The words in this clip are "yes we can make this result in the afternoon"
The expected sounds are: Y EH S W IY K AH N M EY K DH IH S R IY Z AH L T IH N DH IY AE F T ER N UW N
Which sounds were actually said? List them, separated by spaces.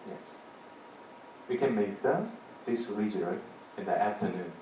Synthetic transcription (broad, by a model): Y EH S W IY K AH N M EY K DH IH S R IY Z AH T IH N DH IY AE F T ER N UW N